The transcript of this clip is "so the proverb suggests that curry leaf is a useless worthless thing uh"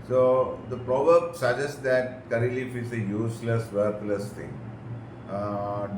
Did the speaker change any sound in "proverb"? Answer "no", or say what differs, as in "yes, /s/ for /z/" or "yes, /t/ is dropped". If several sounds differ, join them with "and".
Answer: no